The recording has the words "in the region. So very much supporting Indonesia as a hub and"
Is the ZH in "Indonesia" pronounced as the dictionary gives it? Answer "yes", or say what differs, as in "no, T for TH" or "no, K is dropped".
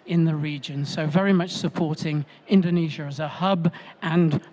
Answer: yes